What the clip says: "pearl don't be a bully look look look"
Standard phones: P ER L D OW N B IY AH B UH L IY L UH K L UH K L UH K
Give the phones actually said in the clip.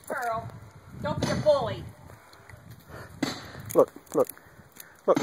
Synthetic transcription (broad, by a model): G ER L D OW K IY AH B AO IY L UH K L UH K L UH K